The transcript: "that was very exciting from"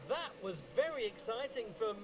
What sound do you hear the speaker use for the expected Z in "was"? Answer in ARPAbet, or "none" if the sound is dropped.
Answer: Z